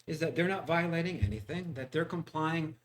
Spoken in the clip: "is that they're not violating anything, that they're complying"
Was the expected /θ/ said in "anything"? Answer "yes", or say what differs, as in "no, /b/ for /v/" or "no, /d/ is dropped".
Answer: yes